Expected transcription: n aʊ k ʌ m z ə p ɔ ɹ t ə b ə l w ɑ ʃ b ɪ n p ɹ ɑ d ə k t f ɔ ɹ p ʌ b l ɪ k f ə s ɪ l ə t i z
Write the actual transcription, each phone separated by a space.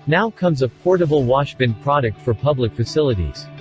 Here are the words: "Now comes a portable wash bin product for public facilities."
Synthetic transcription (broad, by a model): n aʊ k ʌ m z ə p ɔ ɹ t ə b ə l w ɑ ʃ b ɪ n p ɹ ɑ d ə k t f ɔ ɹ p ʌ b l ɪ k f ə s ɪ l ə t i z